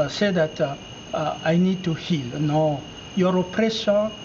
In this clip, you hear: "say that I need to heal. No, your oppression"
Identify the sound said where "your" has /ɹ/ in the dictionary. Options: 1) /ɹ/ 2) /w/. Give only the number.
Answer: 1